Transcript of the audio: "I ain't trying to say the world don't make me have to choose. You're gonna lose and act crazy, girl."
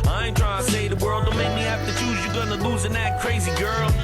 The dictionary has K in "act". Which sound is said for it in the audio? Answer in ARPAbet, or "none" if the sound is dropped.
none